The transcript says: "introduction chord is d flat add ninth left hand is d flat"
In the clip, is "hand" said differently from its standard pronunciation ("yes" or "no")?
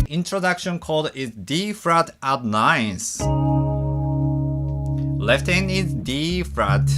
yes